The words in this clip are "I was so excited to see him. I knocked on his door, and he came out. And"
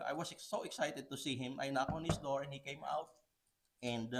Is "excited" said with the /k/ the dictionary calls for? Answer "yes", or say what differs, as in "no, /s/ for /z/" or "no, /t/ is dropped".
yes